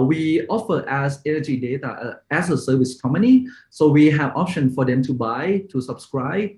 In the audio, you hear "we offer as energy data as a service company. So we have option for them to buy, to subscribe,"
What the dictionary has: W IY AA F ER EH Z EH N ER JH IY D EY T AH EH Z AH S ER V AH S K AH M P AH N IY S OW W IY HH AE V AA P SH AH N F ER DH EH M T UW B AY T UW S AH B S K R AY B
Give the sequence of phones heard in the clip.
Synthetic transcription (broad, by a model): W IY AA F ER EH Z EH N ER JH IY D EY T AH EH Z AH S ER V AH S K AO M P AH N IY S OW W IY HH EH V AA P SH AH N F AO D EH M T UW B AY T UW S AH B S K R AY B